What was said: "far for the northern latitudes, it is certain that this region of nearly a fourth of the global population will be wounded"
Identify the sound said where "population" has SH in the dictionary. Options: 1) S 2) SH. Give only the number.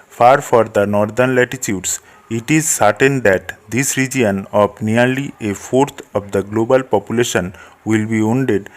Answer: 2